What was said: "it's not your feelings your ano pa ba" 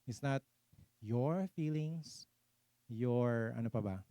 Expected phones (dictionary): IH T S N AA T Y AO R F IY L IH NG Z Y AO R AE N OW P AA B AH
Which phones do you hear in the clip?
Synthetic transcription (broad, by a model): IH T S N AA T Y AO R F IY L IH NG S Y AO R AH N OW P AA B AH